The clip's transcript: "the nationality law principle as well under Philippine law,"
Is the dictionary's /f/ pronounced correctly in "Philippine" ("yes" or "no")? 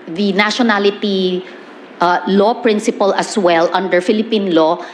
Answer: yes